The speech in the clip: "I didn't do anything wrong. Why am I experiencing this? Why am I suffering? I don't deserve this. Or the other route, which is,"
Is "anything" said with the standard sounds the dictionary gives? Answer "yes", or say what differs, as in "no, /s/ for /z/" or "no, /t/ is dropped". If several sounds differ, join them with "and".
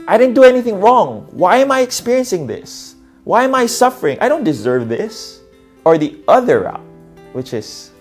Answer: yes